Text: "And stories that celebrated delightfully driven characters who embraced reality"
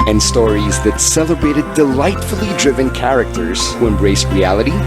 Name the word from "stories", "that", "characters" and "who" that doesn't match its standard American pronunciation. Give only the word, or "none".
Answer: none